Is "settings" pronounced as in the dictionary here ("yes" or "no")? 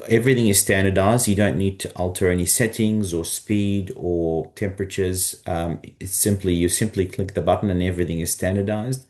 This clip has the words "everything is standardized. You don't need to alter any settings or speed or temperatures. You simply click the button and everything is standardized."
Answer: yes